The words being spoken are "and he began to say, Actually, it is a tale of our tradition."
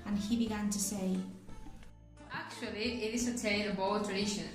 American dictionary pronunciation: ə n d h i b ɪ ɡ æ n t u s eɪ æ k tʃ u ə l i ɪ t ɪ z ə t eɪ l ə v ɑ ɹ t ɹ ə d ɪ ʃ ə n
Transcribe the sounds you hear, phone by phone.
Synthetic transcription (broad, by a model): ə n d h i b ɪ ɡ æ n t u s eɪ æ k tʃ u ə l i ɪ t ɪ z ə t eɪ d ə b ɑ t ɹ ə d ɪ ʃ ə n